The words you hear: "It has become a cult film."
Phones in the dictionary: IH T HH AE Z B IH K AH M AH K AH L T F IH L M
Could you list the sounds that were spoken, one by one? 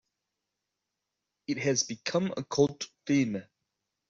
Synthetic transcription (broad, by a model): IH T HH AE Z B IH K AH M AH K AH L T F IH M